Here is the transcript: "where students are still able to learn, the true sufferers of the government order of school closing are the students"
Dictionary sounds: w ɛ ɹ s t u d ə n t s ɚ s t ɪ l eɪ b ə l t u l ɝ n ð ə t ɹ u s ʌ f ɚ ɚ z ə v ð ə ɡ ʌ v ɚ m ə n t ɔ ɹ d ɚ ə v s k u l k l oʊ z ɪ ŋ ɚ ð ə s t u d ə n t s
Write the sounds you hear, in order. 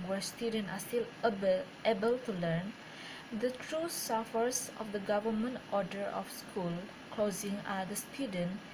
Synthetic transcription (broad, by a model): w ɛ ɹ s t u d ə n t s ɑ s t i l eɪ b ə l t u l ɝ n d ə t ɹ u s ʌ f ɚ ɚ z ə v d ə ɡ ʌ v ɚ m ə n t ɔ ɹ d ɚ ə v s k u l k l oʊ z ɪ ŋ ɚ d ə s t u d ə n